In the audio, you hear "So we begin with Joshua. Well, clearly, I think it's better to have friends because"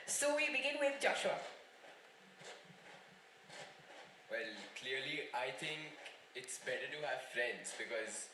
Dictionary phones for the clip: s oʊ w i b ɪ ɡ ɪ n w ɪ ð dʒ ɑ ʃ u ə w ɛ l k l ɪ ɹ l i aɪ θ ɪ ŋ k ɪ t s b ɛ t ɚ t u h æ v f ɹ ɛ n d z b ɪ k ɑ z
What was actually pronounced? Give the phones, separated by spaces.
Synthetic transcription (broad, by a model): s oʊ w i b ɪ ɡ ɪ n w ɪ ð dʒ ɑ ʃ u ə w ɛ l k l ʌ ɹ l i aɪ t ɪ ŋ k ɪ t s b ɛ t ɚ t u h æ v f ɹ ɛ n d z b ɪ k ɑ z